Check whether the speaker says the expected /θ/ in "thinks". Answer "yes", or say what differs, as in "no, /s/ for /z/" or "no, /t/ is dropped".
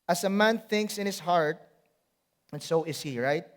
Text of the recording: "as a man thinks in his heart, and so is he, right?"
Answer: yes